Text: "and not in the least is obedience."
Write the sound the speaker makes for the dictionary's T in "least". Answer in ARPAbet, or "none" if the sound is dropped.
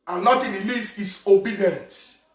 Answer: none